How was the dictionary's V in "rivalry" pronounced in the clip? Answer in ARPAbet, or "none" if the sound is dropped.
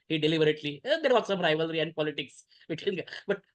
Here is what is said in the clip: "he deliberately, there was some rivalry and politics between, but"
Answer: V